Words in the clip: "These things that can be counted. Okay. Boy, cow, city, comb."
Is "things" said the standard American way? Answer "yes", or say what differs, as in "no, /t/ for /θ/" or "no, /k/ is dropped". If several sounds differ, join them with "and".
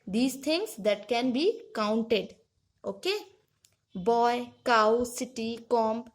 no, /t/ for /θ/